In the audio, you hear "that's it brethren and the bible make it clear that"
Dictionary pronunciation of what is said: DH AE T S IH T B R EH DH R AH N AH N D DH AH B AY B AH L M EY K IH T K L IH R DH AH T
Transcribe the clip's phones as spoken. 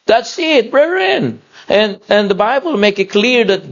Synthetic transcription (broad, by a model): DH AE T S IH T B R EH R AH N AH N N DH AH B AY B AH L M EY K IH T K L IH R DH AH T